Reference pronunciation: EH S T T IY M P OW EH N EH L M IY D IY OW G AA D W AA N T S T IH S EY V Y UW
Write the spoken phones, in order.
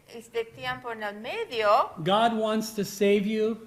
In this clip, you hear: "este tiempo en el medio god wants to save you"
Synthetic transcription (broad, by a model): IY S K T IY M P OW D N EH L M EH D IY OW G AA D W AA N T S T IH S EY V Y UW